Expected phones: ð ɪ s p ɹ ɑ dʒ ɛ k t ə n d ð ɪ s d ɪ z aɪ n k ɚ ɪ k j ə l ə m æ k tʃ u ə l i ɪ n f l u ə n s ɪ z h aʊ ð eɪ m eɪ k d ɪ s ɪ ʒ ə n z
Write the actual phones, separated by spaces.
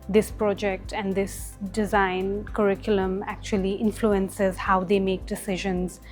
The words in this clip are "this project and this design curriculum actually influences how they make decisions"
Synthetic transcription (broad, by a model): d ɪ s p ɹ ɑ dʒ ɛ k t ə n d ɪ s d ɪ z aɪ n k ɚ ɪ k j ə l ə m æ k tʃ u ə l i ɪ n f l u ə n s ɪ z h aʊ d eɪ m eɪ k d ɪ s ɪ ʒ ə n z